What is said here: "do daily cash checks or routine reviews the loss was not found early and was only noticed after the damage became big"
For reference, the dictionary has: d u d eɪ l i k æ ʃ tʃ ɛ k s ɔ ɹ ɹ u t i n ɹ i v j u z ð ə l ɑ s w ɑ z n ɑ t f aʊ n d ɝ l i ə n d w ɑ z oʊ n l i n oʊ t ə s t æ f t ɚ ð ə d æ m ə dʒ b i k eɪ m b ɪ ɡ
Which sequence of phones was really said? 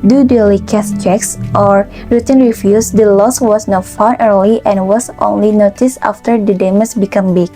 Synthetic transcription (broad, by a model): d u d eɪ l i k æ s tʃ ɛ k s ɔ ɹ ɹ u t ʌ n ɹ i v j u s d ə l ɑ s w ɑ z n ɑ t f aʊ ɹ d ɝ l i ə n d w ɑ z oʊ n l i n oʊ t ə s ɑ f t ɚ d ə d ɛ m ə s b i k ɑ m b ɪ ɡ